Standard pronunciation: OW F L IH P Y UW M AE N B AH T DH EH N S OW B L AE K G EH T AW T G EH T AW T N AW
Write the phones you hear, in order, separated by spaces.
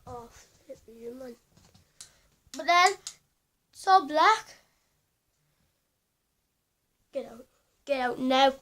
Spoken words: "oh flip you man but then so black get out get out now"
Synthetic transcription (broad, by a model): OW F IH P Y UW M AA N B AH T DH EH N S OW B L AE K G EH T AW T G EH T AW T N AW